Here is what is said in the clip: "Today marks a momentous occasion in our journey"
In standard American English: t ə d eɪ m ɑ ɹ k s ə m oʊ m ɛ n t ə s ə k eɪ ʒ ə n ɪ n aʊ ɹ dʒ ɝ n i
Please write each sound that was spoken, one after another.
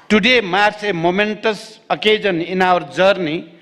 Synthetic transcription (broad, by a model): t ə d eɪ m ɑ ɹ s ə m oʊ m ɛ n t ə s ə k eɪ z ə n ɪ n aʊ ɹ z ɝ n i